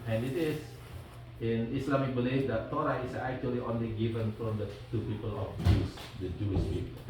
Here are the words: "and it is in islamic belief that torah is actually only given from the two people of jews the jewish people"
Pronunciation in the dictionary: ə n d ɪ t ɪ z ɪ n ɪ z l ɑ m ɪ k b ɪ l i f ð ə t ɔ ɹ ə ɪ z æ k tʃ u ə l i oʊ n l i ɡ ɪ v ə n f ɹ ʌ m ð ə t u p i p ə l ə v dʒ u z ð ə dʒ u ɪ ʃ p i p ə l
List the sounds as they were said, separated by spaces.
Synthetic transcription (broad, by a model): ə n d ɪ t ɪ s ɪ n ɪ s l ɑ m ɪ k b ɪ l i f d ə t ɔ ɹ ə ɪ s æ k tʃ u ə l i oʊ n l i ɡ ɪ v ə n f ɹ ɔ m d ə t u p i p ə l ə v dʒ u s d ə dʒ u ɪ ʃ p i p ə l